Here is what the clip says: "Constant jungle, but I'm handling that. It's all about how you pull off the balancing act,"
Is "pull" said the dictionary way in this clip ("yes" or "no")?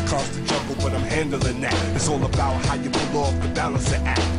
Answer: no